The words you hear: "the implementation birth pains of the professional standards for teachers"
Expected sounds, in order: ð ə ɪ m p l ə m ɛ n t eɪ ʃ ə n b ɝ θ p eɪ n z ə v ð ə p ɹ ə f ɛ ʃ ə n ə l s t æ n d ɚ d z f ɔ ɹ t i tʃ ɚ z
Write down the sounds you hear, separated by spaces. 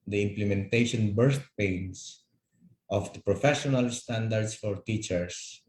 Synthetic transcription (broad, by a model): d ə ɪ m p l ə m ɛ n t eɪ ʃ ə n b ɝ t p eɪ n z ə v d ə p ɹ ə f ɛ ʃ ə n ə l s t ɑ n d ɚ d s f ɔ ɹ t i tʃ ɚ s